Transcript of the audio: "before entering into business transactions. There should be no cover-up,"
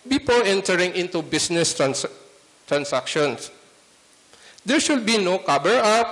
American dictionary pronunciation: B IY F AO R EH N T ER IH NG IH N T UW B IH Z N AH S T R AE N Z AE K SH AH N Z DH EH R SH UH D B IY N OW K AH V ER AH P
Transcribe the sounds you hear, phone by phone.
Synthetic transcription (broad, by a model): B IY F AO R EH N T ER IH NG IH N T UW B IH S N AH S T R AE N S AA K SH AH N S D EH R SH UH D B IY N OW K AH B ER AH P